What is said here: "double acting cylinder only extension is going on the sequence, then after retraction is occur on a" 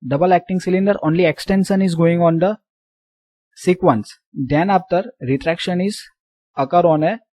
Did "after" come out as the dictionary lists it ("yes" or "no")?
no